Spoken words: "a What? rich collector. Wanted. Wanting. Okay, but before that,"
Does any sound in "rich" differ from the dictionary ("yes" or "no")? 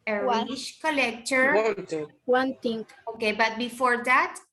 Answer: yes